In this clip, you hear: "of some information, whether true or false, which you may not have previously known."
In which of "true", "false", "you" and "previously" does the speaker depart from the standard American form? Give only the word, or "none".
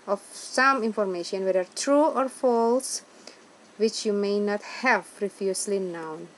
previously